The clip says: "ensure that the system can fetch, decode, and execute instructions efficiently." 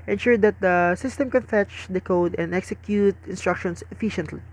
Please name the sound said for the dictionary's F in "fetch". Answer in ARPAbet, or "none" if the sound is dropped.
F